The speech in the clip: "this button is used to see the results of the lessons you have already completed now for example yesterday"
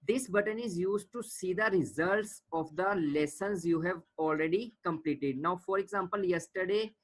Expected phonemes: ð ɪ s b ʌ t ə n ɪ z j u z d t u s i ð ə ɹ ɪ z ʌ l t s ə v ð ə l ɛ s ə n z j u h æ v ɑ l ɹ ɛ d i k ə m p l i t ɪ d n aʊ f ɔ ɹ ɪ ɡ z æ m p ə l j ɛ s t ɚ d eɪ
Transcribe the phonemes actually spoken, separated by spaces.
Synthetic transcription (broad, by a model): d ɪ s b ʌ t ə n ɪ z j u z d t u s i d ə ɹ ɪ z ʌ l t s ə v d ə l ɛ s ə n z j u h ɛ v ɑ l ɹ ɛ d i k ə m p l i t ɪ d n aʊ f ɔ ɹ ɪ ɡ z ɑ m p ə l j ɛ s t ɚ d eɪ